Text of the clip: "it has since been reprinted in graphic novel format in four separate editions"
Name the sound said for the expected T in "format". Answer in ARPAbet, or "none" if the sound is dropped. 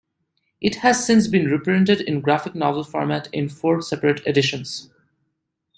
T